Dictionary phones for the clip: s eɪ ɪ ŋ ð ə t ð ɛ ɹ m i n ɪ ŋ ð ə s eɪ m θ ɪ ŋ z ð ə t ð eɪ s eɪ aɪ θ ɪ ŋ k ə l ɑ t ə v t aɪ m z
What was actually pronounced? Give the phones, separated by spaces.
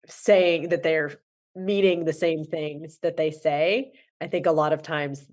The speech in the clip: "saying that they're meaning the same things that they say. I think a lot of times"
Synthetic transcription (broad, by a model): s eɪ ɪ ŋ ð ə t ð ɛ ɹ m i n ɪ ŋ ð ə s eɪ m θ ɪ ŋ z ð ə t ð eɪ s eɪ aɪ θ ɪ ŋ k ə l ɑ t ə v t aɪ m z